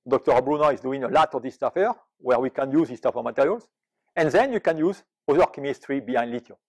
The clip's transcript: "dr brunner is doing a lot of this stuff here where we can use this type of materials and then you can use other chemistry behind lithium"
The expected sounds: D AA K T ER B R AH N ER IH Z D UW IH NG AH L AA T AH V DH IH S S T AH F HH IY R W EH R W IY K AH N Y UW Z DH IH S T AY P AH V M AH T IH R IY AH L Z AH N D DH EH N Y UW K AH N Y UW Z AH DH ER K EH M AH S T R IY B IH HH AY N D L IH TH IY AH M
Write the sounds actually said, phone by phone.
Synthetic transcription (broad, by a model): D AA K T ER B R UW N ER IH Z D UW IH NG AH L AA T AH V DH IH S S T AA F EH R W EH R W IY K AH N Y UW Z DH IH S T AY F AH M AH T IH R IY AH L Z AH N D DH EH N Y UW K AH N Y UW Z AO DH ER K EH M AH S T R IY B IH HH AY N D L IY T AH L